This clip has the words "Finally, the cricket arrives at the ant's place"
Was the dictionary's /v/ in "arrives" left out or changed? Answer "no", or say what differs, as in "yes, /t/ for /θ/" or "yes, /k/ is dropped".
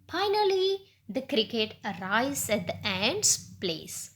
yes, /v/ is dropped